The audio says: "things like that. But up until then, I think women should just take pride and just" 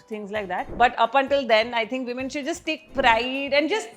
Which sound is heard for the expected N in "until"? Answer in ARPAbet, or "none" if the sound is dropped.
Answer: N